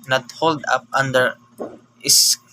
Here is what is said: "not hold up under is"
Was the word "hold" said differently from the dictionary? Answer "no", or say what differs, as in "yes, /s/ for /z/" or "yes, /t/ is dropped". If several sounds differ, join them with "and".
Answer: no